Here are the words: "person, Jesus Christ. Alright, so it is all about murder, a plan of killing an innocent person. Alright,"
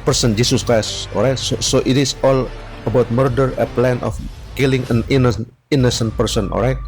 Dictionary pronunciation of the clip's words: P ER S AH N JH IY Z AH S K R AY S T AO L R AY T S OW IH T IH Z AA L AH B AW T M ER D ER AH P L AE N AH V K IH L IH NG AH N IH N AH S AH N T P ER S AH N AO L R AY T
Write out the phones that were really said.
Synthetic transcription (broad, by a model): P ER S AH N JH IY S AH S K R AY S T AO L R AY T S OW IH T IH S AA L AH B AW T M ER D ER AH P L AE N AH F K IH L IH NG AH N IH N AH S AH N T P ER S AH N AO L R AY T